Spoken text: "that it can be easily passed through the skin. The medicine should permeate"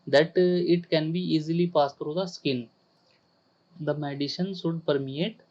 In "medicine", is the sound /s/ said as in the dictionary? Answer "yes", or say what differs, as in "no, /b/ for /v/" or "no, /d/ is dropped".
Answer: no, /ʃ/ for /s/